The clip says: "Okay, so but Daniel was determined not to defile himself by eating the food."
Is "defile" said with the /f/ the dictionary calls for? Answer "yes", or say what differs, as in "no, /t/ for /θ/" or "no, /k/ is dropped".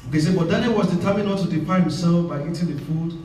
no, /p/ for /f/